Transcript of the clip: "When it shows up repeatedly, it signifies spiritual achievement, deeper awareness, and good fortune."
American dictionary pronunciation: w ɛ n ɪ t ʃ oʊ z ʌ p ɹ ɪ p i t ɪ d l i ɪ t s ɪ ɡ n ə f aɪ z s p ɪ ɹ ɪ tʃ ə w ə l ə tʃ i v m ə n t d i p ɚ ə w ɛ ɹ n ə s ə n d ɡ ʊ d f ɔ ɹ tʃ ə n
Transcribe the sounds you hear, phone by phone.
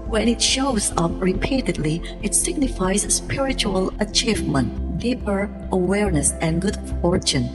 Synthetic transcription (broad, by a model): w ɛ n ɪ t ʃ oʊ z ʌ p ɹ ɪ p i t ɪ d l i ɪ t s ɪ ɡ n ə f aɪ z s p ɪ ɹ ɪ tʃ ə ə l ə tʃ i v m ə n t d i p ɚ ə w ɛ ɹ n ə s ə n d ɡ ʊ d f ɔ ɹ tʃ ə n